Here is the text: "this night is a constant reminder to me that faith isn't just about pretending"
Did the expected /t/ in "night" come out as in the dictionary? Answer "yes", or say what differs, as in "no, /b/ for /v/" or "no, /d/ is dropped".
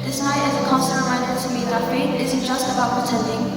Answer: no, /t/ is dropped